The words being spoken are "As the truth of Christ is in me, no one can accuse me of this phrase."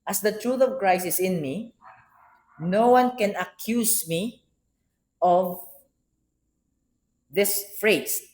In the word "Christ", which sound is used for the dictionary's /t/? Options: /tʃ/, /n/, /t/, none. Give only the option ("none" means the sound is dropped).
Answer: none